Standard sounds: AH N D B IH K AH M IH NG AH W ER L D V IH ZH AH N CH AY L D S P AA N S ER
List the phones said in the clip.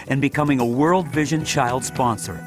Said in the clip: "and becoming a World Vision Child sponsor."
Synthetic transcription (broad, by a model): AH N B IH K AH M IH NG AH W ER L D V IH ZH AH N CH AY L D S P AA N S ER